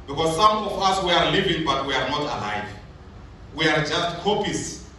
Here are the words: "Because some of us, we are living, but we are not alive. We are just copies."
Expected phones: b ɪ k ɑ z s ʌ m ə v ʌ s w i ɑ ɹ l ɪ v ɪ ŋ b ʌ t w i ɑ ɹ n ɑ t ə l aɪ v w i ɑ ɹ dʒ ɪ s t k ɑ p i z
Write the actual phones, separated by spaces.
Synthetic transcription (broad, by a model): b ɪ k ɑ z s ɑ m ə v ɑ s w i ɑ ɹ l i v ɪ ŋ b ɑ t w i ɑ ɹ n ɑ t ə l aɪ v w i ɑ ɹ dʒ ɪ s t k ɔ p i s